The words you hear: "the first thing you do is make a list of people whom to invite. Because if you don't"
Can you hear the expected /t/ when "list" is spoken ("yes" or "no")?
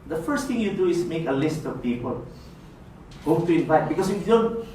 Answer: yes